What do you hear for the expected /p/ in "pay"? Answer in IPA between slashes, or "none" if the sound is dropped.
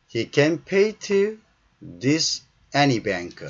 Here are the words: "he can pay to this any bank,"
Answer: /p/